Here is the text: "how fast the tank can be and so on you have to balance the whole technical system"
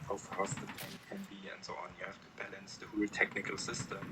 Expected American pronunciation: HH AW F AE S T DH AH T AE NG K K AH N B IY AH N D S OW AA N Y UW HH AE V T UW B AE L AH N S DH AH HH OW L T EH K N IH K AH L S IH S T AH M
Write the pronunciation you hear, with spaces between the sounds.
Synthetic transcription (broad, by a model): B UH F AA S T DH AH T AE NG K K AH N B IY AH N D S OW AA N Y UW HH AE F T UW B AE L AH N S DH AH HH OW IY T EH K N IH K AH L S IH S T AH M